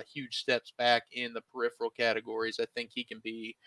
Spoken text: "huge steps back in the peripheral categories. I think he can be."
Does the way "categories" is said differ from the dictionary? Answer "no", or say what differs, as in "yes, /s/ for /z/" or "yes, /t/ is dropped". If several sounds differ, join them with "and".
no